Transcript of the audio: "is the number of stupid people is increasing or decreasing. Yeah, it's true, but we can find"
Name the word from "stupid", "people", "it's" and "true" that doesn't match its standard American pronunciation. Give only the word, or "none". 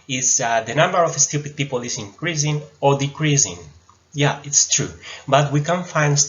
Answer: none